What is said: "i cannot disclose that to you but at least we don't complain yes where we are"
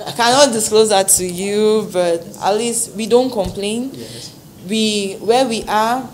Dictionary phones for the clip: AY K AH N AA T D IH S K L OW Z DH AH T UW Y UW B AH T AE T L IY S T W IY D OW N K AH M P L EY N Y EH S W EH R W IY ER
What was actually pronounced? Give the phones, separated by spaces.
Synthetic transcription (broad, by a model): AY K AH N AA T D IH S K L OW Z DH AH T UW Y UW B AH T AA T L IY S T W IY D OW N K AH M P L EY N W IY W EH W IY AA